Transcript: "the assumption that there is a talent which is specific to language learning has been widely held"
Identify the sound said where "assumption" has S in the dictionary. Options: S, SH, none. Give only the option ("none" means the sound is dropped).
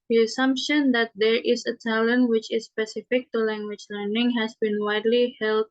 S